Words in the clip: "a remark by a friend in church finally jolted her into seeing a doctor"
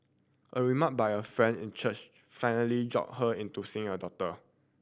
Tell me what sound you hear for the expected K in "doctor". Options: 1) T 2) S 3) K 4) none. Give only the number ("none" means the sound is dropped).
4